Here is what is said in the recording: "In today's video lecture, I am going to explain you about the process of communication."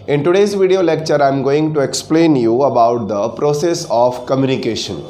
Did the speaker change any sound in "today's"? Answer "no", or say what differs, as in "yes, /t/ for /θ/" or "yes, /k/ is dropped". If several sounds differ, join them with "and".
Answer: no